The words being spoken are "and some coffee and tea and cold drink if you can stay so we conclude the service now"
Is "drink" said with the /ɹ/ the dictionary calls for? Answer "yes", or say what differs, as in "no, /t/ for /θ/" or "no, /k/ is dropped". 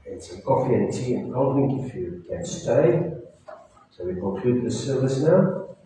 no, /ɹ/ is dropped